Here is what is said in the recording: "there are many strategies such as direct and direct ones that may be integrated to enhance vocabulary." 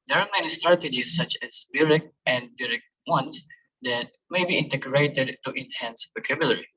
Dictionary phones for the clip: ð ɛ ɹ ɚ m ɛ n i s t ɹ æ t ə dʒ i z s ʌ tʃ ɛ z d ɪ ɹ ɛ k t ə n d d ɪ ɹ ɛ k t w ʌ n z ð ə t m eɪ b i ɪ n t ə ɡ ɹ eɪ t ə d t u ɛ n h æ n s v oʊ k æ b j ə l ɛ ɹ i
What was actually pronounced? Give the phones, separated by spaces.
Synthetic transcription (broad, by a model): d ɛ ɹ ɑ m ɛ n i s t ɹ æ t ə dʒ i s ʌ tʃ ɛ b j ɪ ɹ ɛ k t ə n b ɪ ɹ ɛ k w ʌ n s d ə t m eɪ b i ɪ n t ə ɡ ɹ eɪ t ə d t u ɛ n h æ n s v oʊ k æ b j l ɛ ɹ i